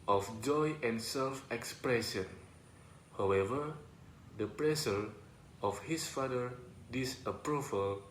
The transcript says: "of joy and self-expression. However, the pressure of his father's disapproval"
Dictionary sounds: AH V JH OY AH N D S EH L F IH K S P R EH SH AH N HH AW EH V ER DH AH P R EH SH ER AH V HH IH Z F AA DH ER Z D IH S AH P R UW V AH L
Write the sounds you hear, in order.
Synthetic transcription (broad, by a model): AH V JH OY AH N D S EH L F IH K S P R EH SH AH N HH AW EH V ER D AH P R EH S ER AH F HH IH S F AA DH ER D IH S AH P R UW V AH L